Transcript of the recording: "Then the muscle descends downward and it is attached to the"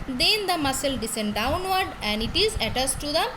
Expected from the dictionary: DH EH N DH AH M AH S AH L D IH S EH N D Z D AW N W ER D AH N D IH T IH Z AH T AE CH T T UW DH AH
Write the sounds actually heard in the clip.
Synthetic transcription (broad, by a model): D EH N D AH M AH S AH L D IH S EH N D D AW N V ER D AH N D IH T IH Z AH T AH S T T UW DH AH